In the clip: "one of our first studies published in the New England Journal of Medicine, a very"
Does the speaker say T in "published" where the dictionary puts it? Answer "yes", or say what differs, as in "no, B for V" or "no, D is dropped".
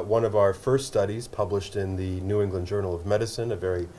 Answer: yes